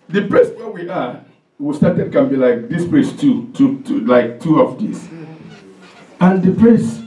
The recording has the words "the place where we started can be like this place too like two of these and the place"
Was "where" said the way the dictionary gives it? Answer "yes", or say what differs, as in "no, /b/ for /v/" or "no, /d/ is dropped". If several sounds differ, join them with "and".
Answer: no, /w/ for /ɹ/